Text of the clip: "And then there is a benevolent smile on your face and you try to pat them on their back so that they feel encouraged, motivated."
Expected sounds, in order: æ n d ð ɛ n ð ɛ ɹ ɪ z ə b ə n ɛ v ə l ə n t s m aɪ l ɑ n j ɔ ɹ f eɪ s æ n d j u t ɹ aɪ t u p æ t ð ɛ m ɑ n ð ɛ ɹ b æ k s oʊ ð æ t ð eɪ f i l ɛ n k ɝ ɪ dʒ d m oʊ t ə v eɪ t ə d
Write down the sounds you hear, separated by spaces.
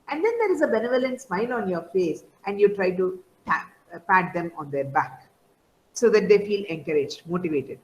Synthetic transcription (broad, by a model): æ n d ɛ n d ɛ ɹ ɪ z ə b ə n ɛ v ə l ə n t s m aɪ l ɑ n j ɔ ɹ f eɪ s æ n d j u t ɹ aɪ t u p æ t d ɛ m ɑ n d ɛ ɹ b æ k s oʊ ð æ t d eɪ f i l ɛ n k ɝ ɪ dʒ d m oʊ t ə v eɪ t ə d